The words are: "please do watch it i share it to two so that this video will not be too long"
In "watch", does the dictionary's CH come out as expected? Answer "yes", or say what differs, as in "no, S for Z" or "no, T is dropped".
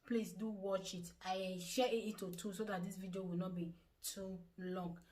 yes